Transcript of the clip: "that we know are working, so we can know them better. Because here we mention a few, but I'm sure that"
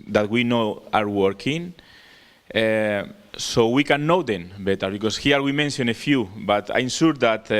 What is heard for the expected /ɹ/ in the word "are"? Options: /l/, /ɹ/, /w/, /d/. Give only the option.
/ɹ/